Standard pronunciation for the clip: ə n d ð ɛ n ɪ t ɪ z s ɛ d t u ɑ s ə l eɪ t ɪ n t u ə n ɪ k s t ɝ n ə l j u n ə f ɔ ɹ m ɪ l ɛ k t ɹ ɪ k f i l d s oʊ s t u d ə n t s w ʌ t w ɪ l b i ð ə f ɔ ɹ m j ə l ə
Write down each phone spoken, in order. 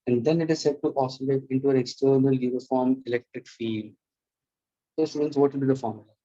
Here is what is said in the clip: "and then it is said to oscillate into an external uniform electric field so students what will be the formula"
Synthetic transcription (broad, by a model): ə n d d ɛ n ɪ t ɪ z s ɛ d t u ɑ s ə l eɪ t ɪ n t u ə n ɪ k s t ɝ n ə l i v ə f ɔ ɹ m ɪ l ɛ k t ɪ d f i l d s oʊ s t u d ə n t s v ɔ t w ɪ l b i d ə f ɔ ɹ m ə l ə